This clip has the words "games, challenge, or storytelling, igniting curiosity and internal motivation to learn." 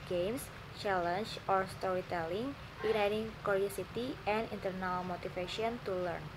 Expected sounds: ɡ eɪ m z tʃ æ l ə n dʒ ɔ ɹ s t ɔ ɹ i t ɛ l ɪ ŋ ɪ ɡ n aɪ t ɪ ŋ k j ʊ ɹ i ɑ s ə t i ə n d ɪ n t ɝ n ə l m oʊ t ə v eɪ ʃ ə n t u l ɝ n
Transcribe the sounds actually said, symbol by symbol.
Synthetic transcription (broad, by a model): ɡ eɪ m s tʃ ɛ l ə n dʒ ɔ ɹ s t ɔ ɹ i t ɛ l ɪ ŋ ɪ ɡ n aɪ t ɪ ŋ k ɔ ɹ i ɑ s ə t i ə n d ɪ n t ɝ n ə l m oʊ t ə f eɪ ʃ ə n t u l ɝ n